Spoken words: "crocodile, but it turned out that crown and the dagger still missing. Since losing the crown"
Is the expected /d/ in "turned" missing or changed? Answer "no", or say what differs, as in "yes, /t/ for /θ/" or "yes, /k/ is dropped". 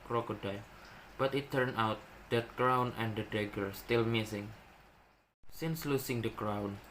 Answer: yes, /d/ is dropped